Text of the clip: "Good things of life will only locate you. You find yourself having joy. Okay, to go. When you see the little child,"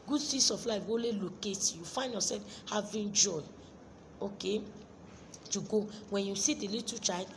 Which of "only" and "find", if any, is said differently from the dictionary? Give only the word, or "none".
only